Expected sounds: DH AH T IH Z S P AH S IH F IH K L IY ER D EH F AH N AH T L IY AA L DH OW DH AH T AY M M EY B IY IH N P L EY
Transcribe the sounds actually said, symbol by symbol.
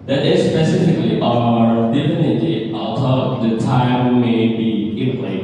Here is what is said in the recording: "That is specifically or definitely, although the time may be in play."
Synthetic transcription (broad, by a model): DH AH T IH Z S P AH S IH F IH K L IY ER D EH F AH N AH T IY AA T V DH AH T AY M M EY B IY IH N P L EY